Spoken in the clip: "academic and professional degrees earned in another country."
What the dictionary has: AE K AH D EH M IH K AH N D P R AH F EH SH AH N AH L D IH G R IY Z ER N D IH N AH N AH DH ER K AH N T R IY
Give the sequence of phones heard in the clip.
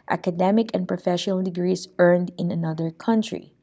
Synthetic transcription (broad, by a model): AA K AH D EH M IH K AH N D P R AH F EH SH AH N AH L D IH G R IY S ER N D IH N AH N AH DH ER K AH N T R IY